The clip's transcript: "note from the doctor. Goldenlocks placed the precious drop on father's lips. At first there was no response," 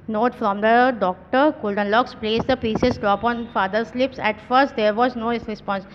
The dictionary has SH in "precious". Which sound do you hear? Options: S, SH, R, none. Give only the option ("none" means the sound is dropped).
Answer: S